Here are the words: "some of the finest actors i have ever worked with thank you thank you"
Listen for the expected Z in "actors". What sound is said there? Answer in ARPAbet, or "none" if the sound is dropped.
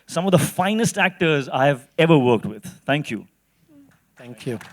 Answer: Z